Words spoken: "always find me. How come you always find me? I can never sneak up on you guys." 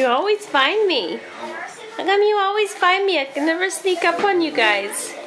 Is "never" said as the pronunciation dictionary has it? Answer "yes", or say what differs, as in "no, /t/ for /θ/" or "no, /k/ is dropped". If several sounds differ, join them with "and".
yes